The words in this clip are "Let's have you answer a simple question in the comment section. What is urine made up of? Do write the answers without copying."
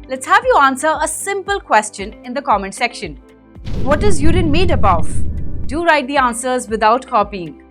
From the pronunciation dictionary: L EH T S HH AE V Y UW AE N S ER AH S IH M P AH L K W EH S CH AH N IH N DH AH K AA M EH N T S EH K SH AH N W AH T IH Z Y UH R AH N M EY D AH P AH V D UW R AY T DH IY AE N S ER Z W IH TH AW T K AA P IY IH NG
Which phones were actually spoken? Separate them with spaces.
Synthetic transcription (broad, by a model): L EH T S HH AE V Y UW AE N S ER AH S IH M P AH L K W EH S CH AH N IH N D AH K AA M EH N S EH K SH AH N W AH T IH Z Y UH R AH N M EY D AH B AH V D UW R AY T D IY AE N S ER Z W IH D AW T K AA P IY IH NG